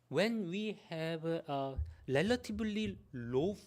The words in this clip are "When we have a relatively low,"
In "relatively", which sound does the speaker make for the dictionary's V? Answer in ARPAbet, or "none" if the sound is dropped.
B